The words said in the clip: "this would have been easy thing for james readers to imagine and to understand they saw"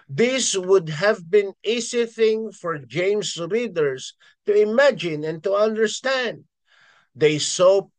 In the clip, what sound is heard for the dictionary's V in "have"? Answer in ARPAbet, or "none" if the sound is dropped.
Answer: V